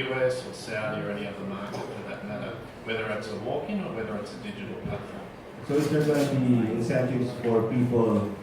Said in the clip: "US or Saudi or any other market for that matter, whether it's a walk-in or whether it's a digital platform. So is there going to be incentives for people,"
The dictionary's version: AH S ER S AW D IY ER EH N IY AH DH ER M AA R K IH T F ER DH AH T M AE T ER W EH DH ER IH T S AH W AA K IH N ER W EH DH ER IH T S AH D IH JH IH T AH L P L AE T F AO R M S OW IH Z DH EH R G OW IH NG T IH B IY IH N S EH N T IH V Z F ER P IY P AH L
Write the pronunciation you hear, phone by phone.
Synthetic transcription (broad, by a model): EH S ER S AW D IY ER EH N IY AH DH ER M AA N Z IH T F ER DH AH T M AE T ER W EH DH ER IH T S AH W AA K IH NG ER W EH DH ER IH T S AH D IH JH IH T L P AE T AO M S OW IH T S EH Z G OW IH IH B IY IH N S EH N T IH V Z F ER P IY P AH